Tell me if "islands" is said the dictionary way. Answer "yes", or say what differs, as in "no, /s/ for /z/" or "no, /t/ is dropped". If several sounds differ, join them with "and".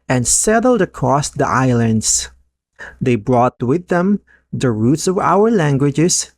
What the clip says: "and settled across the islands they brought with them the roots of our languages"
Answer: no, /s/ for /z/